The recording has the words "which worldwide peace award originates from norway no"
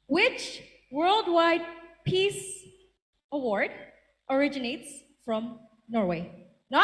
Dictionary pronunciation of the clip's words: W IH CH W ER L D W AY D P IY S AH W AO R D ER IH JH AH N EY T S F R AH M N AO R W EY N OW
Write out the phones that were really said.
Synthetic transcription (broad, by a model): W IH CH W ER L D W AY D P IY S AH W AO R D ER IH JH AH N EY T S F R AH M N AO R W EY N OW